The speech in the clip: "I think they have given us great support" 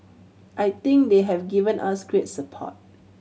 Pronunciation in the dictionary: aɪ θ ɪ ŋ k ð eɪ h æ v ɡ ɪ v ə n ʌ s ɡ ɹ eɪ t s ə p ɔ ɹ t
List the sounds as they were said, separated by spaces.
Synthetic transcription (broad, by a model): aɪ t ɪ ŋ k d eɪ h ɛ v ɡ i v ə n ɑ s ɡ ɹ eɪ t s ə p ɔ t